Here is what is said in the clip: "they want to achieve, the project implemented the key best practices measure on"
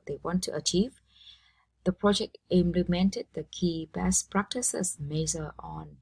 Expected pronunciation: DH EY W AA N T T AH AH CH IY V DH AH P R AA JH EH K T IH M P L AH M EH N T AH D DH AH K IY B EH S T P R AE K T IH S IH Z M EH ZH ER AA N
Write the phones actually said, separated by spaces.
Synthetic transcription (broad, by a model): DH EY W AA N T T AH AH CH IY V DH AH P R AA JH EH K T IH M P L AH M EH N T AH D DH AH K IY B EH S P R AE K T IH S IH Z M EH Z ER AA N